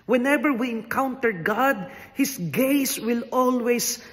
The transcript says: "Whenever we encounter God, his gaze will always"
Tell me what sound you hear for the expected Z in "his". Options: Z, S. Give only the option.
S